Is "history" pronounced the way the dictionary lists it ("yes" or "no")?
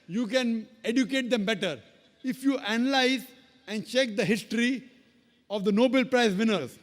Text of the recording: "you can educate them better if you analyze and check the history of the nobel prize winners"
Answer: yes